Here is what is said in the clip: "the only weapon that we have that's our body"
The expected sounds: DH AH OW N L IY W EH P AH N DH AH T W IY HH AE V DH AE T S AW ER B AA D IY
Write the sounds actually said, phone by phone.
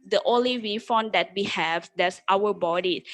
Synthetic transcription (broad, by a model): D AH OW N L IY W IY F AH N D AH T W IY HH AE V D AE T S AW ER B AA D IY